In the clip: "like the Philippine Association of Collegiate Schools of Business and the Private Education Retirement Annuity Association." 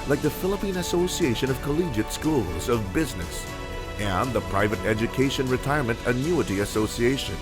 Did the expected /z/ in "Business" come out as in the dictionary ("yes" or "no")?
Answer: yes